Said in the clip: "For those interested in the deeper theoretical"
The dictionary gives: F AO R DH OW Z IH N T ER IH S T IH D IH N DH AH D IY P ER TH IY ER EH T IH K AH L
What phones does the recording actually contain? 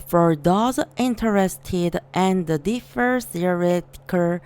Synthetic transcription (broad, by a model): F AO R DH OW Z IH N T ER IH S T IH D IH N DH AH D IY F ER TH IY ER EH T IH K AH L